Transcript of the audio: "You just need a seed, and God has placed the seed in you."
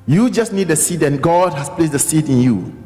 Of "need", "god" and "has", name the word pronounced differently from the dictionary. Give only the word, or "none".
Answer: has